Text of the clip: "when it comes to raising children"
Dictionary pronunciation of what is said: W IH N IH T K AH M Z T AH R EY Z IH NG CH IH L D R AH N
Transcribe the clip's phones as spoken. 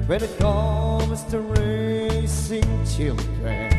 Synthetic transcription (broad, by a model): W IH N IH T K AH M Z T AH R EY S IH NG CH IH L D R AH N